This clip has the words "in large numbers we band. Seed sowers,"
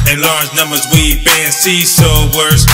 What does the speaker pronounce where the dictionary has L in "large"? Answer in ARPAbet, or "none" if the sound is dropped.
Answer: L